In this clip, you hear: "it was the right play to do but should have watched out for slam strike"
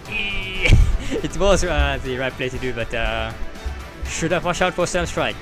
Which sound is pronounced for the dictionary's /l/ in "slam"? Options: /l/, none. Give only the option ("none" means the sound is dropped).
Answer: none